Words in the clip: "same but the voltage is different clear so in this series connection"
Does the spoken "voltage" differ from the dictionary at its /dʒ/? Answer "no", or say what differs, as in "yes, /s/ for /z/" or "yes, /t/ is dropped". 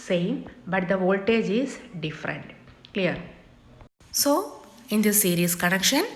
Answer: no